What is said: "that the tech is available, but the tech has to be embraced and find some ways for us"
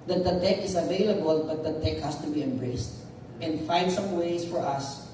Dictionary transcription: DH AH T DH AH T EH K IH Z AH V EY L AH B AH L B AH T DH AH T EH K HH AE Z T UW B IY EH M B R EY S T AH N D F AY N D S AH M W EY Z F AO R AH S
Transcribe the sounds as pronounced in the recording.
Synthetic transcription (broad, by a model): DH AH T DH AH T EH K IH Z AH V EY L AH B AH L B AH T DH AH T EH K HH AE S T UW B IY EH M B R EY S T AH N D F AY N D S AH M W EY S F AO R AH S